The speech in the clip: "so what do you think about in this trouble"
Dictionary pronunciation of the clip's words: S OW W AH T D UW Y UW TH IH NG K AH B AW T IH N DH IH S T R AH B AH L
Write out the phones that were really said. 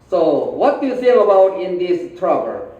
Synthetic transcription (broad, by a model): S OW W AH T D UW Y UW S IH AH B AW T IH N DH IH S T R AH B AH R